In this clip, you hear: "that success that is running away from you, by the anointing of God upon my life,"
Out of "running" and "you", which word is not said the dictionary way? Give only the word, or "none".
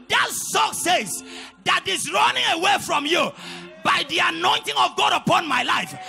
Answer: none